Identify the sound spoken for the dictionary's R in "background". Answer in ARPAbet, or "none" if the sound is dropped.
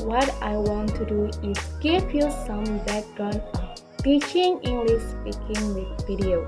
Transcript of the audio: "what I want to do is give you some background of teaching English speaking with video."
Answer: none